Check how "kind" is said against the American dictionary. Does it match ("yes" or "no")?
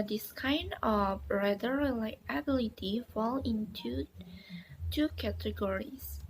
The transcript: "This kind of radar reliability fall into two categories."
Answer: yes